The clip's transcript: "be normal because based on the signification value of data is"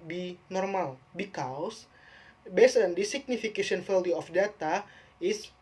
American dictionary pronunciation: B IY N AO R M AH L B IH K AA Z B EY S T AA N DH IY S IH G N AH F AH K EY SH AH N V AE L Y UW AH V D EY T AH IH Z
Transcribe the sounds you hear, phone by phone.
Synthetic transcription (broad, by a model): B IY N AO R M AH L B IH K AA S B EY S AA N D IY S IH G N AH F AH K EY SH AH N F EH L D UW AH F D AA T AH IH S